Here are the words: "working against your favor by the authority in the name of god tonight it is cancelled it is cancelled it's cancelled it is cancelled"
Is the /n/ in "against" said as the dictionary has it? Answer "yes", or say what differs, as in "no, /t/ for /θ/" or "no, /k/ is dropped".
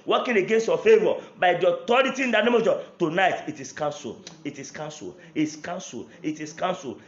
yes